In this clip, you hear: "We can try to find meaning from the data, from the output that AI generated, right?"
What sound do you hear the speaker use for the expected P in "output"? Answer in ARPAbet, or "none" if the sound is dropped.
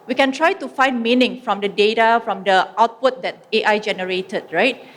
P